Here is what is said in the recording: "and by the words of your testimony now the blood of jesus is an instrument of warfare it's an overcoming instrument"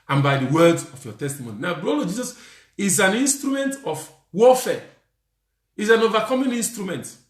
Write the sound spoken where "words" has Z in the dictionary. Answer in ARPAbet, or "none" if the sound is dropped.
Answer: none